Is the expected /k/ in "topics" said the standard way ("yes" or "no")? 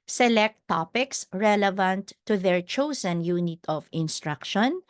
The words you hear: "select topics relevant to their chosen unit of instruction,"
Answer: yes